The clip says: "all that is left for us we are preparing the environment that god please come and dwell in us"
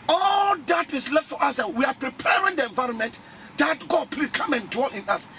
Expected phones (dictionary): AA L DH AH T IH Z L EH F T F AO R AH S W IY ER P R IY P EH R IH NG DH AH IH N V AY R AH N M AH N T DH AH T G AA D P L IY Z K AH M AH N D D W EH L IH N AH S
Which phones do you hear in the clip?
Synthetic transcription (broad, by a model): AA L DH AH T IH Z L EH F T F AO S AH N W IY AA P R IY P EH R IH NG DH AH IH N V AY R AH N M AH N T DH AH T G AA D P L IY K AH M AH N D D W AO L IH N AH S